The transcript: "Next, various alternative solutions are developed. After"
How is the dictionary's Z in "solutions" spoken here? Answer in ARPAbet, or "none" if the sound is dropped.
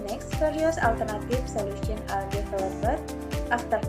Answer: none